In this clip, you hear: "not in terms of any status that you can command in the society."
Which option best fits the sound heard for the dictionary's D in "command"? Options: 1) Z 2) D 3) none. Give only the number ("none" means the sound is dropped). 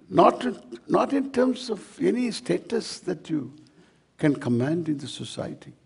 2